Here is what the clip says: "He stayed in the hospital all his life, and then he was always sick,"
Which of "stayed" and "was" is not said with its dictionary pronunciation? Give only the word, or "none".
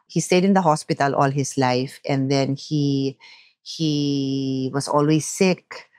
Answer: was